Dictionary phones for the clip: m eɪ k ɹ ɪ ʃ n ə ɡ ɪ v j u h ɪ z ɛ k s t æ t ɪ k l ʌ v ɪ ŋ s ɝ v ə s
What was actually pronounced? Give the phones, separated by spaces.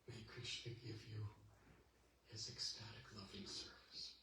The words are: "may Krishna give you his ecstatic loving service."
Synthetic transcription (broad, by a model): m eɪ k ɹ ɪ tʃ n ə ɡ ɪ v j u h ɪ z ɛ k s t æ t ɪ k l ʌ v ɪ ŋ s ɝ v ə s